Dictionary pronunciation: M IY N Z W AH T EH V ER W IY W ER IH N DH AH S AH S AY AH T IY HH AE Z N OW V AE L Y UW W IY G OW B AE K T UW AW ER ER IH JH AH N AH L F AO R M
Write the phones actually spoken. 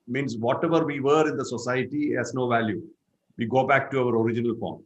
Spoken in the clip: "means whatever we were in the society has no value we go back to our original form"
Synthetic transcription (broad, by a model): M IY N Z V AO T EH V ER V IY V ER IH N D AH S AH S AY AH T IY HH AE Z N OW V AE L Y UW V IY G OW B AE K T UW AW ER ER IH JH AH N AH L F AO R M